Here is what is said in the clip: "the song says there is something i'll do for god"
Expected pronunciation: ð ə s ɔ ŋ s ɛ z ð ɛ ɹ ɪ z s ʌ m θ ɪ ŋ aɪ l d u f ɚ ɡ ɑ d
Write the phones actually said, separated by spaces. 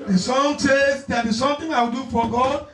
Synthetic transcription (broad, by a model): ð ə s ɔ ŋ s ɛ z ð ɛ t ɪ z s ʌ m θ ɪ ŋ aɪ w d u f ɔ ɡ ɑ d